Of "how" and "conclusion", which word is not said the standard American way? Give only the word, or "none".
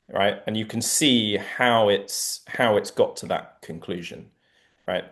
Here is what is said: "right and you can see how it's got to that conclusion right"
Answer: none